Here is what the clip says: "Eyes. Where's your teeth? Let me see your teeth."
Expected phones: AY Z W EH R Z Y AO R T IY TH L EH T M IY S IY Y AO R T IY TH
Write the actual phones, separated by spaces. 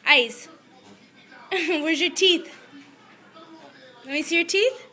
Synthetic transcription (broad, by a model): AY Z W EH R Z Y AO R T IY TH W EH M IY S IY Y AO R T IY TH